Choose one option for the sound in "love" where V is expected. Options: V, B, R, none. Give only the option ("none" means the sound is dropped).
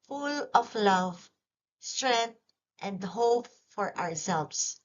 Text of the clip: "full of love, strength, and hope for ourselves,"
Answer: V